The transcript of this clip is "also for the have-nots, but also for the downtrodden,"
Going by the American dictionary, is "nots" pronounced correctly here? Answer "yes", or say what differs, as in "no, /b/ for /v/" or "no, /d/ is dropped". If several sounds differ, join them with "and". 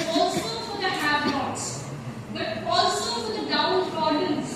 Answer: no, /l/ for /n/